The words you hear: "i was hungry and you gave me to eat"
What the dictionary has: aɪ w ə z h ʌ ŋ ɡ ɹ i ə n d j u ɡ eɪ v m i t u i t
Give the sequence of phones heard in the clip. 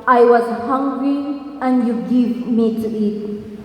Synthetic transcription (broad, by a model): aɪ w ə z h ʌ ŋ ɡ ɹ i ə n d j u ɡ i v m i t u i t